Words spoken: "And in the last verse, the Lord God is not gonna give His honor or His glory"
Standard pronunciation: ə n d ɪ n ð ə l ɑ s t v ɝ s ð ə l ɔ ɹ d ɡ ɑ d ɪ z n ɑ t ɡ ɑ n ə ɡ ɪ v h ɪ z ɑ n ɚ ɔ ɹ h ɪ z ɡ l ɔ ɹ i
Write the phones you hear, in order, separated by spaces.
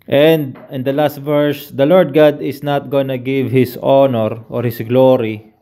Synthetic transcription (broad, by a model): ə n d ɪ n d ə l ɑ s t v ɝ s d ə l ɔ ɹ d ɡ ɑ d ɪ s n ɑ t ɡ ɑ n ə ɡ ɪ v h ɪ s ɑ n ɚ ɔ ɹ h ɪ s ɡ l ɔ ɹ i